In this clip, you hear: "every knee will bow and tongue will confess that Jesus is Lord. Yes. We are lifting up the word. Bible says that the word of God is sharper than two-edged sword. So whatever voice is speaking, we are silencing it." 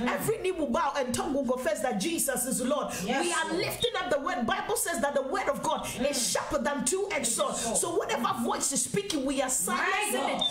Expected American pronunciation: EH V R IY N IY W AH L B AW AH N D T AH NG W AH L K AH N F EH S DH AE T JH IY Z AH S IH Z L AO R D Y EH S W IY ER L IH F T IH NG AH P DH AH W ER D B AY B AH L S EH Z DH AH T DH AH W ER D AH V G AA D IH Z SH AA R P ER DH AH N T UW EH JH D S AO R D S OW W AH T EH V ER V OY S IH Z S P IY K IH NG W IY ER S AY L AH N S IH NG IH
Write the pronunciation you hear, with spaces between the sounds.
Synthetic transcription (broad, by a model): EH V R IY N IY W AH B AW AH N T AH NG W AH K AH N F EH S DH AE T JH IY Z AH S IH Z L AO D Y W IY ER L IH F T IH NG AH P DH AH W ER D B AY B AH L S EH Z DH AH T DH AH W ER D AH V G AA D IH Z SH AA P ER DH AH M T UW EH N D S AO S OW W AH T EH V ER V OY S IH Z S P IY K IH NG W IY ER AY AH S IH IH